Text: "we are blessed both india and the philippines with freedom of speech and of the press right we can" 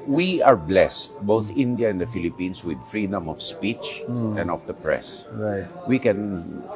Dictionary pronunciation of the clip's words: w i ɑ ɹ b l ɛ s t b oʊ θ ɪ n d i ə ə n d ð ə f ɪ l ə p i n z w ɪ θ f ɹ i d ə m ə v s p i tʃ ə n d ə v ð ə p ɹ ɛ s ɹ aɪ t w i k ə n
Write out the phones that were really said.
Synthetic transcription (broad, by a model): w i ɑ ɹ b l ɛ s t b oʊ θ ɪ n d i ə ə n d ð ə f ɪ l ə p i n s w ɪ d f ɹ i d ə m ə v s p i tʃ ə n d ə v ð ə p ɹ ɛ s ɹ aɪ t w i k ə n